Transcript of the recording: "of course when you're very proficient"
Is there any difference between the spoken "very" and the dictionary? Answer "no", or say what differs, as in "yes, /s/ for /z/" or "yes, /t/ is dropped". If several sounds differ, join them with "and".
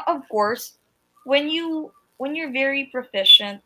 no